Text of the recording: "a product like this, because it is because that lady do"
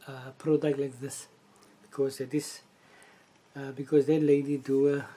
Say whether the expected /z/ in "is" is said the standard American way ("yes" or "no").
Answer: no